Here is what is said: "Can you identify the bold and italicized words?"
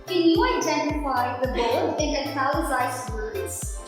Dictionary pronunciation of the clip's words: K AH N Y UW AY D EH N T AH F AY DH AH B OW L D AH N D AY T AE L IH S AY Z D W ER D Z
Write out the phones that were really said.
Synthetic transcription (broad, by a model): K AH N Y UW AY D EH N T AH F AY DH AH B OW D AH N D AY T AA IH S AY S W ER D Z